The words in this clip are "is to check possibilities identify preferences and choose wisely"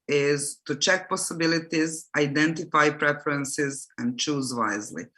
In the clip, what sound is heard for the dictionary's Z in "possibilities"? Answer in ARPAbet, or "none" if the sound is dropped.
Z